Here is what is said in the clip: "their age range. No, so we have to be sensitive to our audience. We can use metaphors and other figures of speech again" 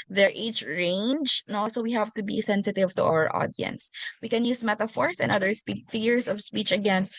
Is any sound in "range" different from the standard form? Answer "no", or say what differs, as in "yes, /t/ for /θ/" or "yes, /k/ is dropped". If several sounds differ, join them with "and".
no